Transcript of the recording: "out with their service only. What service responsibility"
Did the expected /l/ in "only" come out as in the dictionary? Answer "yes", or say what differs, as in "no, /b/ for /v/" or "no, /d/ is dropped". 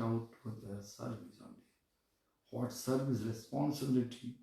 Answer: no, /l/ is dropped